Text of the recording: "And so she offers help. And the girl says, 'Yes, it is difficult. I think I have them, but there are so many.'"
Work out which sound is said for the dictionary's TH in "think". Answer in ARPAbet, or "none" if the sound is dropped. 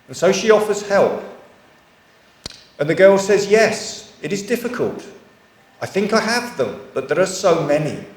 TH